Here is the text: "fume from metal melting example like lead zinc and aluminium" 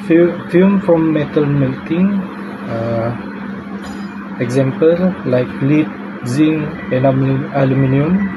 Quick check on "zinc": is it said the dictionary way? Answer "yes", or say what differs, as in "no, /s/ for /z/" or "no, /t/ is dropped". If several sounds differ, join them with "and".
no, /k/ is dropped